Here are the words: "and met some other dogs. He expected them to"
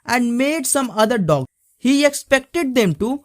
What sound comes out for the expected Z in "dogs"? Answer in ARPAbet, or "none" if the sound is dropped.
none